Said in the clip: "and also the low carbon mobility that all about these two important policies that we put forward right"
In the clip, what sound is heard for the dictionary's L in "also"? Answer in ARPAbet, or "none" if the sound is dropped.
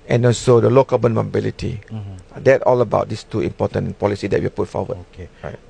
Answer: N